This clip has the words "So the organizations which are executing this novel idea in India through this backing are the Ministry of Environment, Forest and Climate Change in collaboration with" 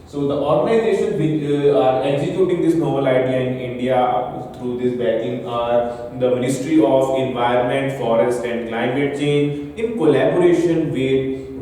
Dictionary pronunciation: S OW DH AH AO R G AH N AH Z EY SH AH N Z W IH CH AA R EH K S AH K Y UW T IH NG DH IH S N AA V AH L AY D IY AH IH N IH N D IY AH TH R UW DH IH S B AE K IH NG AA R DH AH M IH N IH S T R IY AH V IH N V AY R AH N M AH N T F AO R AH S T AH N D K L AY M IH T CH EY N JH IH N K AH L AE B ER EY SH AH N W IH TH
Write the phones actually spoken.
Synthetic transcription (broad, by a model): S OW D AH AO R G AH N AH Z EY SH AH N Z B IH AA R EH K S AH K Y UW T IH NG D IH S N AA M AH L AY D IY AH IH N IH N D IY AH T R UW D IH S B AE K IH NG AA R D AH M IH N IH S T R IY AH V IH N V AY R AH N M AH N T F AO R AH S T AH N D K L AY M IH T CH EY N JH IH N K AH L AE B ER EY SH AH N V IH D